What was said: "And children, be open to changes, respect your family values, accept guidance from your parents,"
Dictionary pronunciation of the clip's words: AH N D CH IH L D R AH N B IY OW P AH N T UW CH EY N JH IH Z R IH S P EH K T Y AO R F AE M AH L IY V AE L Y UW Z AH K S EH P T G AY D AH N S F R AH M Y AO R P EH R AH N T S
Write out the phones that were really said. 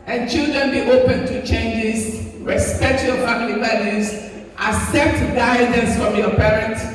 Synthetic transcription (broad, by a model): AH N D CH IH L D R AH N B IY OW P AH N T UW CH EY N JH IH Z R IH S P EH K T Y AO F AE M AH L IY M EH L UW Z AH S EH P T G AY D AH N S F R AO M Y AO P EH R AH N T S